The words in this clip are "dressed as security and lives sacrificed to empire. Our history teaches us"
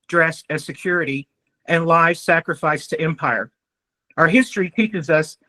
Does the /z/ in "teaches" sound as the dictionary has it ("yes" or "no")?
yes